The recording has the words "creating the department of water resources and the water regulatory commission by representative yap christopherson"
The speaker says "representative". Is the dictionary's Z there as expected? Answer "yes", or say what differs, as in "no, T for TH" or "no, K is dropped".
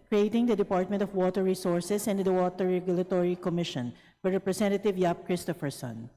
no, S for Z